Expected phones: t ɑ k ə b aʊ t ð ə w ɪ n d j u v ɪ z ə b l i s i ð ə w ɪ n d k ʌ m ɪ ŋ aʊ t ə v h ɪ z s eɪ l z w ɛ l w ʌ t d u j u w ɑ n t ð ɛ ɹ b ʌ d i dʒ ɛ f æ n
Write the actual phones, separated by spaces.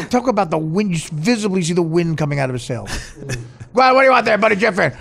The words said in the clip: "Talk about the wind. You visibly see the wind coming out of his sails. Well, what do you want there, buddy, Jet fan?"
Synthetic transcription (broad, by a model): t ɑ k ə b aʊ t ð ə w ɪ n d j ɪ v ɪ z ə b l i s i ð ə w ɪ n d k ʌ m ɪ ŋ aʊ t ə v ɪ s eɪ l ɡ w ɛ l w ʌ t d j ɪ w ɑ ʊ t ð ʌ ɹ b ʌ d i dʒ ɛ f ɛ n